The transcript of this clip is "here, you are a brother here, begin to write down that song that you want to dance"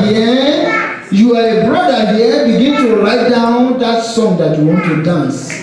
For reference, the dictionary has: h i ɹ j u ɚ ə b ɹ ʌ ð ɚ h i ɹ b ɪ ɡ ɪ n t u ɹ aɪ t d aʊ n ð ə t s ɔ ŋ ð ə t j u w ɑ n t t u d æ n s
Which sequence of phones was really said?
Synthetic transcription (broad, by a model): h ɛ j u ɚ ə b ɹ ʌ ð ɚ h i b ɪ ɡ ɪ n t u l aɪ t d aʊ n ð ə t s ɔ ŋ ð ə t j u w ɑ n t t u d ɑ n s